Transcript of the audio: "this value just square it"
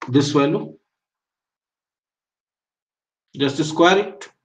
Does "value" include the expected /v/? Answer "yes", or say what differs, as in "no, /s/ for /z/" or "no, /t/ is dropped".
no, /w/ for /v/